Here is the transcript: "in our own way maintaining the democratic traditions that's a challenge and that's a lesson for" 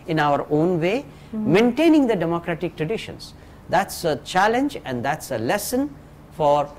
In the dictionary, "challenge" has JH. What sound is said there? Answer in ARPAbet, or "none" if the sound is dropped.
JH